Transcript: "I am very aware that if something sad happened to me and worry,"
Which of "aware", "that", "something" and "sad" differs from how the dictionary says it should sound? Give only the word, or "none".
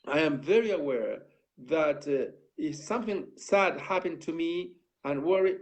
none